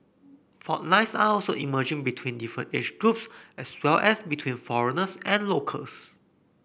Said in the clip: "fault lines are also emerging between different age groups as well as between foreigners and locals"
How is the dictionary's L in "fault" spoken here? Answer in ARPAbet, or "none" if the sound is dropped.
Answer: none